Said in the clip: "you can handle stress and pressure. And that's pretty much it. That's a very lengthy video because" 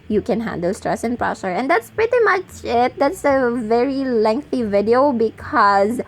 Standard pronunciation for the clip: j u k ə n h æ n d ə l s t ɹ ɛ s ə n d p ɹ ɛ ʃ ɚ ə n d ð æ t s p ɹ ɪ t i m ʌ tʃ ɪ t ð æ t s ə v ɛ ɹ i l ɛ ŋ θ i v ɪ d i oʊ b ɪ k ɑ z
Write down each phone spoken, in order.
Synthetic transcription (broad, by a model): j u k ə n h æ n d ə l s t ɹ ɛ s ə n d p ɹ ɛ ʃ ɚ ə n d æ t s p ɹ ɪ t i m ʌ tʃ ɪ t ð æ t s ə v ɛ ɹ i l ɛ ŋ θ i v ɪ d i oʊ b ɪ k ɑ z